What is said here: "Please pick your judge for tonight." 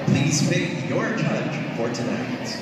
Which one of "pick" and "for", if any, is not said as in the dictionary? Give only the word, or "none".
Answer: pick